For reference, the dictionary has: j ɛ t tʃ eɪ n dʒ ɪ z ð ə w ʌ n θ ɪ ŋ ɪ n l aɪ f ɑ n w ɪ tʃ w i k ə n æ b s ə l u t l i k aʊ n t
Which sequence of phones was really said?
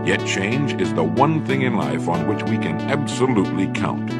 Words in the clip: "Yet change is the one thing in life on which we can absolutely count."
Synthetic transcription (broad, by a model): j ɛ t tʃ eɪ n dʒ ɪ z ð ə w ʌ n θ ɪ ŋ ɪ n l aɪ f n w ɪ tʃ w i k ə n æ b s ə l u t l i k aʊ n t